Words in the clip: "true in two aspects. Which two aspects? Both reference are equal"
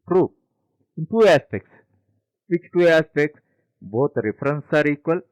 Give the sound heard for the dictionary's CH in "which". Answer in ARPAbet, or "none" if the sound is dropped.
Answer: S